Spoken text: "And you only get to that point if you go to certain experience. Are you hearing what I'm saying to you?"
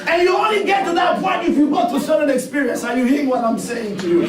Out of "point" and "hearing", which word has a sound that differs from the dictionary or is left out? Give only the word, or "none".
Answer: none